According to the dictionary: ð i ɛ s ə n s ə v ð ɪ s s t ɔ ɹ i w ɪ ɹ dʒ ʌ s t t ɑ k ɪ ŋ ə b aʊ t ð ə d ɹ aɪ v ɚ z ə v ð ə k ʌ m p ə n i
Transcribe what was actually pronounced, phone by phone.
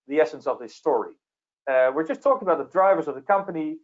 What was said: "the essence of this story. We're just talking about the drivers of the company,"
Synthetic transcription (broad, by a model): ð i ɛ s ə n s ə v ð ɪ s s t ɔ ɹ i w ɪ ɹ dʒ ʌ s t t ɑ k ɪ ŋ ə b aʊ t ð ə d ɹ aɪ v ɚ z ə v ð ə k ʌ m p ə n i